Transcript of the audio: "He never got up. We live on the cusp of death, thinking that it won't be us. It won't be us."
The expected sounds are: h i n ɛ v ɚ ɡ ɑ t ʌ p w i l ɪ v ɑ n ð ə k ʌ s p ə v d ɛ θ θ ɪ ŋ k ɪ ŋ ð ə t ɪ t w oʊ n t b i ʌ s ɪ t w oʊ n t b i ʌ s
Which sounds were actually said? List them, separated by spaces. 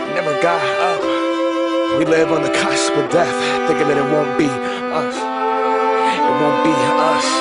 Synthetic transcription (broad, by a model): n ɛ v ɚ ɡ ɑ ʌ w i l ɪ v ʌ n ð ə k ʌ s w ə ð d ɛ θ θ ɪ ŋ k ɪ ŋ ð ə t ɪ t w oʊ n b i ʌ s ɪ t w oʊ n b i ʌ s